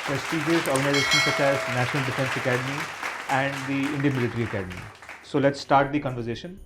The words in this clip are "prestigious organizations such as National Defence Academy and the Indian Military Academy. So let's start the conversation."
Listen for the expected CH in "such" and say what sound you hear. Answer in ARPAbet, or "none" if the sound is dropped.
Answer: S